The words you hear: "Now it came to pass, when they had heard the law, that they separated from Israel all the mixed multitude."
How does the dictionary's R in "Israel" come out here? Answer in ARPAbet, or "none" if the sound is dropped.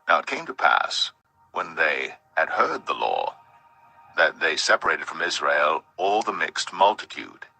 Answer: R